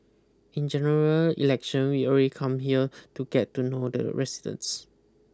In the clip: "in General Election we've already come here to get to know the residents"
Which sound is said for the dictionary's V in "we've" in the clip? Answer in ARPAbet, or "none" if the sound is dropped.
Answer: none